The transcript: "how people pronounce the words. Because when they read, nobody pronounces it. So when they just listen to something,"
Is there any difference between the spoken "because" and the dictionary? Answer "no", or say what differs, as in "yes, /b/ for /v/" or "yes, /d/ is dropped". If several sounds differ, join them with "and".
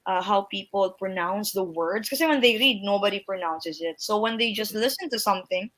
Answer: yes, /z/ is dropped